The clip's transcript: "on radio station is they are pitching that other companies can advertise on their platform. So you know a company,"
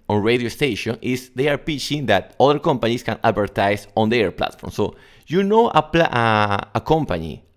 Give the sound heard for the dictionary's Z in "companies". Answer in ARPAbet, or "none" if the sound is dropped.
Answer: S